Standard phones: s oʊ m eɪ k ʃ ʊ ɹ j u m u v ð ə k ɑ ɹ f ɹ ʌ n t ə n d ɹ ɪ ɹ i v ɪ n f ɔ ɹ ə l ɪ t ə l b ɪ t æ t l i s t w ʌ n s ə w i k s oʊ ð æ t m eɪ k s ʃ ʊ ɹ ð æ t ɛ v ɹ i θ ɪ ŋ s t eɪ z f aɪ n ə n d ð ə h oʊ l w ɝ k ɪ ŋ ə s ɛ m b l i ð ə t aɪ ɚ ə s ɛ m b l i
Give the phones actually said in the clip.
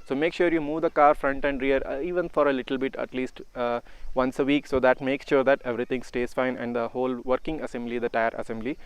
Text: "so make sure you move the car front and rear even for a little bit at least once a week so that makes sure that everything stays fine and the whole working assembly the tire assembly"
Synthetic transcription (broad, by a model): s oʊ m eɪ k ʃ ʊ ɹ j u m u v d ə k ɑ ɹ f ɹ ʌ n t ə n d ɹ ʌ ɹ i v ɪ n f ɔ ɹ ə l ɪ t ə l b ɪ t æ t l i s t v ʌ n s ə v i k s oʊ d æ t m eɪ k s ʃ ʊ ɹ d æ t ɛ v ɹ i t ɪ ŋ s t eɪ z f aɪ n ə n d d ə h oʊ l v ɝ k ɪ ŋ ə s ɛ m b l i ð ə t aɪ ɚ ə s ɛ m b l i